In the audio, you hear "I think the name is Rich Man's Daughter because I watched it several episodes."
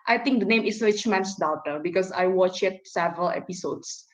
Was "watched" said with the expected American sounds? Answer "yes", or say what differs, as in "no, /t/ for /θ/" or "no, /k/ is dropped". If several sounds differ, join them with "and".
no, /t/ is dropped